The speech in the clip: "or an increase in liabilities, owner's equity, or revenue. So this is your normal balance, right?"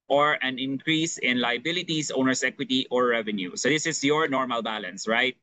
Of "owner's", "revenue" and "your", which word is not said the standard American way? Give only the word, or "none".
owner's